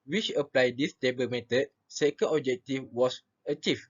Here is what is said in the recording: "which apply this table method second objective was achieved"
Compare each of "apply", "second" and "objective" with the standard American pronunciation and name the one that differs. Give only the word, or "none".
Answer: objective